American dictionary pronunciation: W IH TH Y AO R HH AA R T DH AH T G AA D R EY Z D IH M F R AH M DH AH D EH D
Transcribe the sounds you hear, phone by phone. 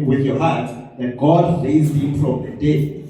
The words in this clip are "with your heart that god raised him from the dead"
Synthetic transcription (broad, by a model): W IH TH Y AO HH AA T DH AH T G AA D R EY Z IH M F R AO M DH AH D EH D